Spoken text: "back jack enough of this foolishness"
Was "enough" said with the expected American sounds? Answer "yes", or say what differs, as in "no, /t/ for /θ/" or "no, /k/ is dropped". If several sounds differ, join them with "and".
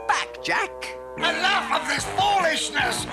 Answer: no, /l/ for /n/